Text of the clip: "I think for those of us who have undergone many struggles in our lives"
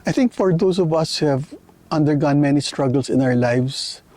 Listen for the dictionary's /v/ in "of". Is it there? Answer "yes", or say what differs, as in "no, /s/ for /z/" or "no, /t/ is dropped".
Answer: yes